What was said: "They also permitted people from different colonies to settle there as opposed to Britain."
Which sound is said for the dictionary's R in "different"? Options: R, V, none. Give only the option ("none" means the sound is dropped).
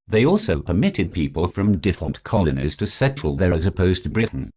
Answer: none